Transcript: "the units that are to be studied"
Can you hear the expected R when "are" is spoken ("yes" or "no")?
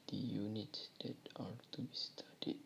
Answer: no